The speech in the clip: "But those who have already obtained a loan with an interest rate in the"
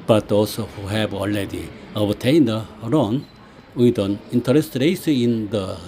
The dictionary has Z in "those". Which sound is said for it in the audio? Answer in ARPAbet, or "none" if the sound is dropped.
none